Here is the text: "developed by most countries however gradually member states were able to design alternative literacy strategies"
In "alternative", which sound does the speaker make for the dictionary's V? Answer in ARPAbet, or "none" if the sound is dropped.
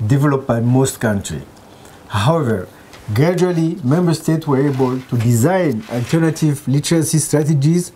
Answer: V